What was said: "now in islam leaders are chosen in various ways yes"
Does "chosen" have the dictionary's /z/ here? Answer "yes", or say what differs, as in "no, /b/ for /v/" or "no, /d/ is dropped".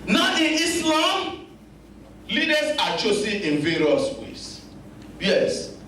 no, /s/ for /z/